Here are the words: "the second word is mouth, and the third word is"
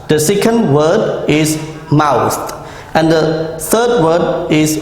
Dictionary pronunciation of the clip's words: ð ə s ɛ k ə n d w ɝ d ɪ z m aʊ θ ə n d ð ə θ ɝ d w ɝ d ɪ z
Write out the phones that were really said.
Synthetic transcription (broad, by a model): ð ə s ɛ k ə n d w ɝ d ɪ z m aʊ t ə n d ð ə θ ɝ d w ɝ d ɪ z